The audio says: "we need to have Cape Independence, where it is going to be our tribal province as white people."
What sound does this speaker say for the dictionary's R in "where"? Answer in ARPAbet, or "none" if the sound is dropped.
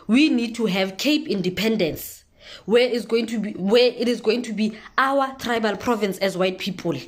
W